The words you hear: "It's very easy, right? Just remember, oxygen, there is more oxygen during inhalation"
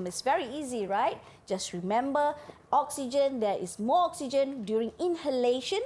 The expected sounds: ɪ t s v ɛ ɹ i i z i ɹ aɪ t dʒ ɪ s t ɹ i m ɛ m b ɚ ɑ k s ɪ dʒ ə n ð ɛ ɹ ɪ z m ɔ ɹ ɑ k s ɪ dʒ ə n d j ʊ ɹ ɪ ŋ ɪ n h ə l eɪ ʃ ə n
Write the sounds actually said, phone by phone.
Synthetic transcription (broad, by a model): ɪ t s v ɛ ɹ i i z i ɹ aɪ t dʒ ɪ s t ɹ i m ɛ m b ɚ ɑ k s ɪ dʒ ə n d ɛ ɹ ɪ s m ɔ ɑ k s ɪ dʒ ə n d j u ɹ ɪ ŋ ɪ n h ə l eɪ ʃ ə n